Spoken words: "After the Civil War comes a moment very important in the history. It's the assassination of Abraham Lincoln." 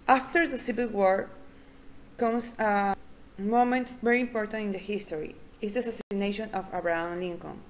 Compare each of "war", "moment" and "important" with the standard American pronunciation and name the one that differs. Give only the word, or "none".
none